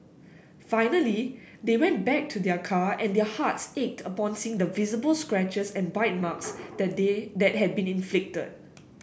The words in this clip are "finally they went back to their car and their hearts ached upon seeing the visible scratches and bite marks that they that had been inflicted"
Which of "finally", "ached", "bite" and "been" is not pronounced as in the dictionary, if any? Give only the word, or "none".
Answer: none